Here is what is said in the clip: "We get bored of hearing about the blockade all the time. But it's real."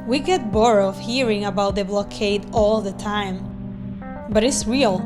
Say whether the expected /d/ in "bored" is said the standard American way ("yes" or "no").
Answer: no